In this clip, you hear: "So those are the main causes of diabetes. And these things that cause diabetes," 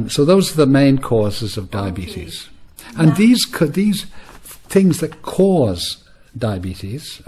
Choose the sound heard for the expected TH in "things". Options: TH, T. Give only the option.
TH